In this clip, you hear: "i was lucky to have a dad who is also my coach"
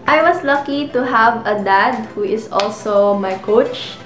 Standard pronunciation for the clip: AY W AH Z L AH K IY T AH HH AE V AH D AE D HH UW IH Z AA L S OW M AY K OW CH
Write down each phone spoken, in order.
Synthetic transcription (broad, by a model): AY W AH S L AH K IY T AH HH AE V AH D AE D HH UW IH S AA L S OW M AY K OW CH